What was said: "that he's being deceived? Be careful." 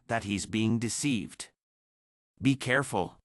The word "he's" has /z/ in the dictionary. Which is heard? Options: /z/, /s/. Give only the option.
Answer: /z/